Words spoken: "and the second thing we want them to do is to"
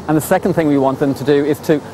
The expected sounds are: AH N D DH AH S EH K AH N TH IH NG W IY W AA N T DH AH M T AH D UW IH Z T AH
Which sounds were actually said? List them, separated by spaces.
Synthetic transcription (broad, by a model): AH N DH AH S EH K AH N TH IH NG W IY W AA N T DH AH M T AH D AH IH Z T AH